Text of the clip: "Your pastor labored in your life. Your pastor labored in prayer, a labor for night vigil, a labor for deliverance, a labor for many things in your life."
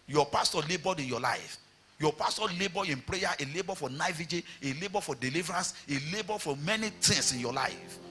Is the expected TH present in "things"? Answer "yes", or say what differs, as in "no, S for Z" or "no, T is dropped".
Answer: no, T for TH